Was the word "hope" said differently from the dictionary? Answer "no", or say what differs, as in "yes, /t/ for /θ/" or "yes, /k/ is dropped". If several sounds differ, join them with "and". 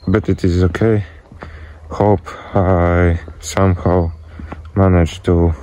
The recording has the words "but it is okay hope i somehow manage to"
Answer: no